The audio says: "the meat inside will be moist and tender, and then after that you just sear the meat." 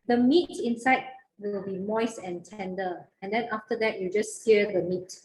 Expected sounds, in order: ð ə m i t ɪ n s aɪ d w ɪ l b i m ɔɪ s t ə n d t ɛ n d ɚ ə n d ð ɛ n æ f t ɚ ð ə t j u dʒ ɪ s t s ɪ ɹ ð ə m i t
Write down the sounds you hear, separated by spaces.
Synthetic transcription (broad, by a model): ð ə m i t ɪ n s aɪ d w ɪ l b i m ɔɪ s ə n t ɛ n d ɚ ə n d ɛ n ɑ f t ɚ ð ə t j u dʒ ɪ s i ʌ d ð ə m i t